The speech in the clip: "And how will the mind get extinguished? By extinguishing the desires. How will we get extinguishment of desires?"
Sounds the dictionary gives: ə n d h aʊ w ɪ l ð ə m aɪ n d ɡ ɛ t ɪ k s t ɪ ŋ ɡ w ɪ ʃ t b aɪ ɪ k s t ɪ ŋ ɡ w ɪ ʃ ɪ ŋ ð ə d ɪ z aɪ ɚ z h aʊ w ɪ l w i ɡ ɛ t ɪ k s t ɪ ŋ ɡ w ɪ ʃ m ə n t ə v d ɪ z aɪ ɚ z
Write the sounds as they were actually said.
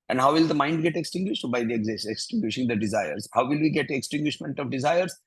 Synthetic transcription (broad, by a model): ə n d h aʊ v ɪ l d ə m aɪ n d ɡ ɛ t ɪ k s t ɪ ŋ ɡ w ɪ ʃ t b aɪ ɪ k s t ɪ ŋ ɡ w ɪ ʃ ɪ ŋ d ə d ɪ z aɪ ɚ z h aʊ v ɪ l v i ɡ ɛ t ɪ k s t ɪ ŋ ɡ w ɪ ʃ m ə n t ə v d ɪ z aɪ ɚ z